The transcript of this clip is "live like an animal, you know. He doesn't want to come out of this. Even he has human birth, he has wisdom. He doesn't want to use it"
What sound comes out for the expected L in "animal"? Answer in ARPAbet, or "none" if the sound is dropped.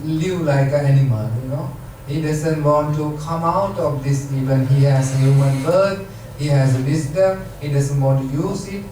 N